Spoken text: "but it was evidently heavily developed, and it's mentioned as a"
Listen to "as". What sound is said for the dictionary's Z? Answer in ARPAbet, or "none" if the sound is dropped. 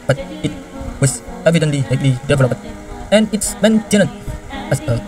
S